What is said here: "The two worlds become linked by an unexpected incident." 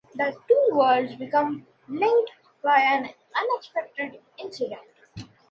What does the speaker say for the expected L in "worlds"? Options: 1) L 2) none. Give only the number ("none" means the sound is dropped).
2